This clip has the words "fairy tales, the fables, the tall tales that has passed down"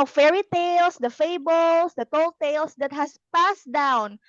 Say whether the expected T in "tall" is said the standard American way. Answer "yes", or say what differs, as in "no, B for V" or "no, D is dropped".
yes